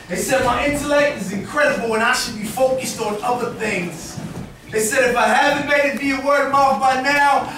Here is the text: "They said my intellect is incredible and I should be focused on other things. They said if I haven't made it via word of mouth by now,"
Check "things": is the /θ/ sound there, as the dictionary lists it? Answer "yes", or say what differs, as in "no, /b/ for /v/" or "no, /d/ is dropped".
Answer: yes